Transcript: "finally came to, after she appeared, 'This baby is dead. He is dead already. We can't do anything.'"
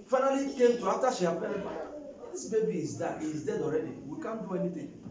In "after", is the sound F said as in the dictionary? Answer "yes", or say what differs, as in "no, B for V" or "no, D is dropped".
no, F is dropped